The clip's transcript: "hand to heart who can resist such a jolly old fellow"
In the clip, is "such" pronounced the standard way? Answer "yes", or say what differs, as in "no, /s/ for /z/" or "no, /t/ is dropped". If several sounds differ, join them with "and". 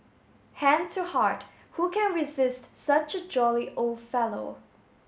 yes